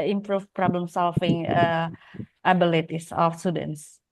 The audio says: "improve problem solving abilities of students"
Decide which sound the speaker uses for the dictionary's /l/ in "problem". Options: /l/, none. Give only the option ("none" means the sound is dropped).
/l/